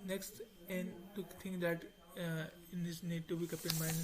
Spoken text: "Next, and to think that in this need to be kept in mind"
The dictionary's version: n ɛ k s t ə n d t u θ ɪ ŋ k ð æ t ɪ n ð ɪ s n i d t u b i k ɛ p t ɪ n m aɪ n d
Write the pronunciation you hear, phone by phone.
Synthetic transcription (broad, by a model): n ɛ k s t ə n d t u t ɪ ŋ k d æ t ɪ n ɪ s n i d t u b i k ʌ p ɪ n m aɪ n